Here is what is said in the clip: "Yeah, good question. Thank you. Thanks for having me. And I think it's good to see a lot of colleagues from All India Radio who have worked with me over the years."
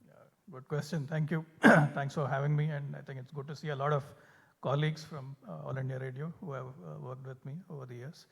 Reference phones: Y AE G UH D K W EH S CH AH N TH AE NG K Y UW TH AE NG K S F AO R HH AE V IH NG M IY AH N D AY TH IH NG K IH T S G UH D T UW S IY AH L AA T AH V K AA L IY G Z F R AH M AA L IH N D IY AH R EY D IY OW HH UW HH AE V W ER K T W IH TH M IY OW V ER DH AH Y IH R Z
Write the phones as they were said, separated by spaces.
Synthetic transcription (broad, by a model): Y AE G UH D K W EH S CH AH N T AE NG K Y UW T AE NG K S F AO R HH AE V IH NG M IY AH N D AY T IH NG K IH T S G UH D T UW S IY AH L AA T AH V K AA L IY G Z F R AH M AA L IH N D IY AH R EY D IY OW HH UW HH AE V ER K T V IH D M IY OW V ER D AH Y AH R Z